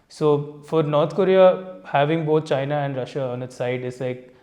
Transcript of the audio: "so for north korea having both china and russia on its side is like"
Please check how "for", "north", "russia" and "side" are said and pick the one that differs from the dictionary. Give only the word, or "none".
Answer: north